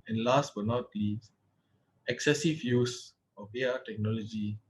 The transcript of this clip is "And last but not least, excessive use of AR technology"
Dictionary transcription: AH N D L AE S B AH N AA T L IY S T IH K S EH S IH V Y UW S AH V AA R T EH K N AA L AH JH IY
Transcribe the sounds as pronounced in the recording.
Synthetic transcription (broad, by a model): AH N L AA S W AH N AA T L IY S IH K S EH S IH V Y UW S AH B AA T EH K N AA L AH JH IY